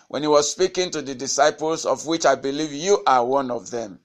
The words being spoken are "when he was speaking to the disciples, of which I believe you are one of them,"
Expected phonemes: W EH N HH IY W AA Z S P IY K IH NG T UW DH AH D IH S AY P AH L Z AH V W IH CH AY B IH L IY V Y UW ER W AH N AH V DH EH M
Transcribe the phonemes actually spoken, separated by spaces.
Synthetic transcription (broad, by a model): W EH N HH IY W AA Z S P IY K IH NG T UW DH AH D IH S AY P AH L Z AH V W IH CH AY B IH L IY V Y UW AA W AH N AH V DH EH M